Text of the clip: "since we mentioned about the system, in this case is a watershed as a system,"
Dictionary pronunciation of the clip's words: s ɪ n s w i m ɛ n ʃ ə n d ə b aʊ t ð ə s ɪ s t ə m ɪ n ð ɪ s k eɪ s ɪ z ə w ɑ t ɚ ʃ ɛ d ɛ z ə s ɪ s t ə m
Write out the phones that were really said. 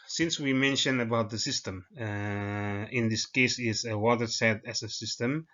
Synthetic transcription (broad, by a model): s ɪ n s w i m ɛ n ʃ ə n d ə b aʊ t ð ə s ɪ s t ə m ɪ n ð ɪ s k eɪ s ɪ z ə w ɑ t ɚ s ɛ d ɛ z ə s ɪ s t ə m